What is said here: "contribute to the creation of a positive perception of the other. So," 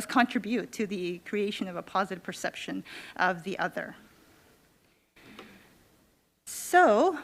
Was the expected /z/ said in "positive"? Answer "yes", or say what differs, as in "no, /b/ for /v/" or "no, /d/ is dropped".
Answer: yes